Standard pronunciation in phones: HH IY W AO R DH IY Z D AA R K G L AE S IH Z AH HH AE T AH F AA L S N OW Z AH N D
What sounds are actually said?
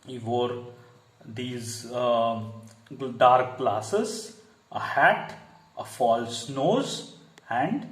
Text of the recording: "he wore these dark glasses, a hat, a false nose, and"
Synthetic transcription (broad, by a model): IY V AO R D IY Z D AA R K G L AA S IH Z AH HH AE T AH F AA L S N OW Z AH N D